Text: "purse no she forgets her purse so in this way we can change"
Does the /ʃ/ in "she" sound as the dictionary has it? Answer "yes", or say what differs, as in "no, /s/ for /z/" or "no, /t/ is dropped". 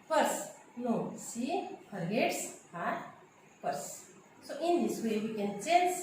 no, /s/ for /ʃ/